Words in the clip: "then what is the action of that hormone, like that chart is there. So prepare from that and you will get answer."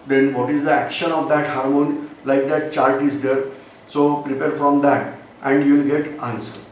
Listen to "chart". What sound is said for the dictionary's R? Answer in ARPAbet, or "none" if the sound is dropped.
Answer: L